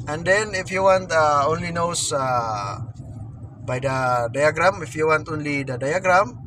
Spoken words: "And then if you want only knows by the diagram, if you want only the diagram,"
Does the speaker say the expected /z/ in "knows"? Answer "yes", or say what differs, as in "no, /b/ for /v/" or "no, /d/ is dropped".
no, /s/ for /z/